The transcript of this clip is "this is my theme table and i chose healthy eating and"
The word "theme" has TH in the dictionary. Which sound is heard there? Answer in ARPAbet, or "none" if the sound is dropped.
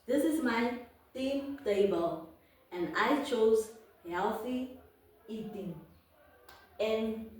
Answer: T